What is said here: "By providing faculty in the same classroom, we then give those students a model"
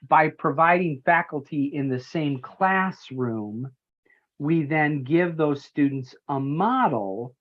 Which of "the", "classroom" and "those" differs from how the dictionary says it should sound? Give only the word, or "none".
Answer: none